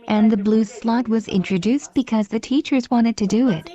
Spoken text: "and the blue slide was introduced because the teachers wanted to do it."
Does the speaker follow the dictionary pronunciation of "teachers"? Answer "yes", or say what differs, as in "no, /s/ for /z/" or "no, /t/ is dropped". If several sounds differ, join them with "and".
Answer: yes